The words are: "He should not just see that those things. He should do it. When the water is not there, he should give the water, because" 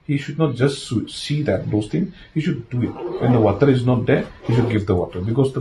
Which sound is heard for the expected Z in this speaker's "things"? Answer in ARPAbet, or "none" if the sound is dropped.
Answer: none